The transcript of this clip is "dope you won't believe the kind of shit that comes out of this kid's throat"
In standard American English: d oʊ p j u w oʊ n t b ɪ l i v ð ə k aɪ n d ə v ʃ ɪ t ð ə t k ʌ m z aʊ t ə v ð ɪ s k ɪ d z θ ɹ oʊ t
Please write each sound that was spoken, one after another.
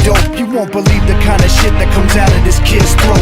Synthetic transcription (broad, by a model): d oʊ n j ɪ w oʊ n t b ɪ l i v ð ə k aɪ n d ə ʃ ɪ t ð ə t k ʌ m z aʊ t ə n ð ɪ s k ɪ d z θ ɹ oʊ